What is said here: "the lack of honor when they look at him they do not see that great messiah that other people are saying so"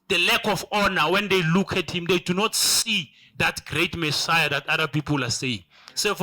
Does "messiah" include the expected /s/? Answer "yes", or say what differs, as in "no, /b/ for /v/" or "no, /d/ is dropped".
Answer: yes